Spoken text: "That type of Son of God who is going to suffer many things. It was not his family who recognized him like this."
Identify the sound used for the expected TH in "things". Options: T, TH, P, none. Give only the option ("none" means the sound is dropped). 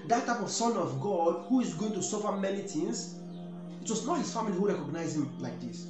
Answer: T